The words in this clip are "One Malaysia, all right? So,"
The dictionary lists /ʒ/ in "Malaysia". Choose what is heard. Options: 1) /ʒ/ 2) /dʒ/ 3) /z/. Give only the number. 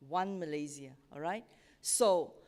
3